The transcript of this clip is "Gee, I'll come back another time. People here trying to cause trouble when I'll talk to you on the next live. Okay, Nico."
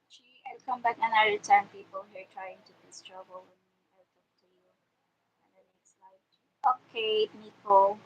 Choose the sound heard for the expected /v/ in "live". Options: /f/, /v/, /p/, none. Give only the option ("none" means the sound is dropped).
none